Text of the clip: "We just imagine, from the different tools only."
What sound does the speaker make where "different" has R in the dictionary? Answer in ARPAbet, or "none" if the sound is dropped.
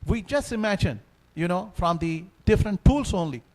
R